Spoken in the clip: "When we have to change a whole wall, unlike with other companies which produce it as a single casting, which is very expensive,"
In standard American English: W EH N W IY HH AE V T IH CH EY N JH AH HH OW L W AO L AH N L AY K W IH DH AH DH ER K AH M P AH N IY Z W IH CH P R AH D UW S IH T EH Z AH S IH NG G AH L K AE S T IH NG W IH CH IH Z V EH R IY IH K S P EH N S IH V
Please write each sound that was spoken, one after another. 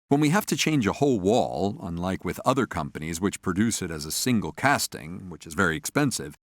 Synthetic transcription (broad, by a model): W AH N W IY HH AE F T IH CH EY N JH AH HH OW L W AO L AH N L AY K W IH DH AH DH ER K AH M P AH N IY Z W IH CH P R AH D UW S IH T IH Z AH S IH NG G L K AE S T IH NG W IH CH IH Z V EH R IY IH K S P EH N S IH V